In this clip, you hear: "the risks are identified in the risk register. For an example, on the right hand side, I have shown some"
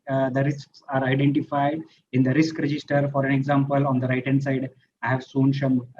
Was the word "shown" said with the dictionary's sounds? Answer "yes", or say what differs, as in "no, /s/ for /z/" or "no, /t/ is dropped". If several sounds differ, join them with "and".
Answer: no, /s/ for /ʃ/